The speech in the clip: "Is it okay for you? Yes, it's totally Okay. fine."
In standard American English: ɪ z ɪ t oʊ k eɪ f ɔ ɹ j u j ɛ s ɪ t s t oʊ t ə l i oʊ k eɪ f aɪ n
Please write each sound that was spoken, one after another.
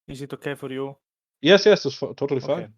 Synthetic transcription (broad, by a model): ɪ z ɪ t oʊ k eɪ f ɔ ɹ j u j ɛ s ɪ s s t oʊ t ə l i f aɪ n